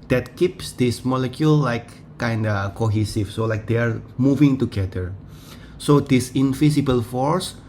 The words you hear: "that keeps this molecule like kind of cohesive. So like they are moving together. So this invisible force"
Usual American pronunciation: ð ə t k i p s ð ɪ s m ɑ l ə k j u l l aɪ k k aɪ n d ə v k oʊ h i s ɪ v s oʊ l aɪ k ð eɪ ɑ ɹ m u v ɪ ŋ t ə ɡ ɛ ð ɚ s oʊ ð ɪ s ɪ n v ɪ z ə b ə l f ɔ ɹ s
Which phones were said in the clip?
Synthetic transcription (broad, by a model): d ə t k i p s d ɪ s m ɑ l ə k j u l l aɪ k k aɪ n d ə k oʊ h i s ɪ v s oʊ l aɪ k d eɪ ɑ ɹ m u v ɪ ŋ t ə ɡ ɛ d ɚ s oʊ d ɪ s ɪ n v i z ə b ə l f ɔ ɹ s